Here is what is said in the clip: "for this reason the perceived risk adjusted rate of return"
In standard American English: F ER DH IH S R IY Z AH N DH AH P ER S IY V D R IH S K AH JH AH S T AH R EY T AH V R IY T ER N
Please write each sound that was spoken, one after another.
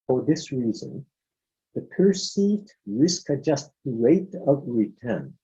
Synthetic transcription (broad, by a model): F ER DH IH S R IY Z AH N DH AH P ER S IY V D R IH S K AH JH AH S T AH R EY T AH V R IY T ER N